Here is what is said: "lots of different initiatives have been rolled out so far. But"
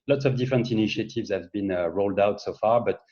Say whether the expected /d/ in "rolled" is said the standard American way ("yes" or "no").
yes